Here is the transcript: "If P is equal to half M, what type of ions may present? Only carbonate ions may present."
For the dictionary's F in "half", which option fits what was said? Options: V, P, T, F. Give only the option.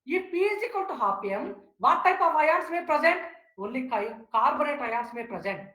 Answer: P